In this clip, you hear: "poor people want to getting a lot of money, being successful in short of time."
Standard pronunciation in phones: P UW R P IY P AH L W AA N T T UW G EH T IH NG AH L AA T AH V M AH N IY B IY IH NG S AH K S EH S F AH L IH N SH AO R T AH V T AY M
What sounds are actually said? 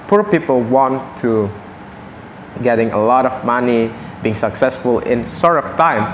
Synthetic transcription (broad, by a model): P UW R P IY P AH L W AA N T T UW G EH T IH NG AH L AA T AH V M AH N IY B IY IH NG S AH K S EH S F AH L IH N S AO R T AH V T AY M